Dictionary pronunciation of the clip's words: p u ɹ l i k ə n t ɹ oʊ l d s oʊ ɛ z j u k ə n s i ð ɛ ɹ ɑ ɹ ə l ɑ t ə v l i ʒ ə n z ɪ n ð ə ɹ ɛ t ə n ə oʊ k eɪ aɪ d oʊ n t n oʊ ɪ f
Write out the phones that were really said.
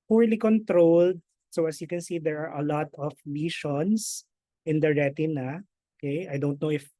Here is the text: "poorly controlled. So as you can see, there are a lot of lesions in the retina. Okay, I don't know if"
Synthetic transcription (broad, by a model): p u ɹ l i k ə n t ɹ oʊ l d s oʊ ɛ s j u k ə n s i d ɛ ɹ ɑ ɹ ə l ɑ t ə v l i ʃ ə n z ɪ n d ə ɹ ɛ t ə n ə oʊ k eɪ aɪ d oʊ n t n oʊ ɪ f